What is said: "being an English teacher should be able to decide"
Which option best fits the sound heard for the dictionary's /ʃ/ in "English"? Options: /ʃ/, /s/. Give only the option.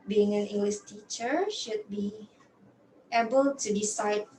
/s/